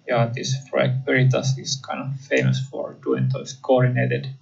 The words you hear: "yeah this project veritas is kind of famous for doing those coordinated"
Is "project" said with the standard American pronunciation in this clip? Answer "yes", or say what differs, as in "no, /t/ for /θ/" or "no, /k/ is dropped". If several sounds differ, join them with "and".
no, /f/ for /p/ and /dʒ/ is dropped